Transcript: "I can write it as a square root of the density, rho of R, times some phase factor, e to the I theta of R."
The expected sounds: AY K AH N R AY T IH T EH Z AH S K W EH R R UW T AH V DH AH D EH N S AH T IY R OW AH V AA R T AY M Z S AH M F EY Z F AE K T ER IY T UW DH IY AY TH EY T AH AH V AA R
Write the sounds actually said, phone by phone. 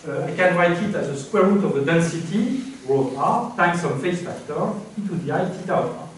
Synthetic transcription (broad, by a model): AY K AH N R AY T IH T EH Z AH S K W EH R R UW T AH V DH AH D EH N S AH T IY R OW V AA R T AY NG S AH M F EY S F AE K T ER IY T UW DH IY AY T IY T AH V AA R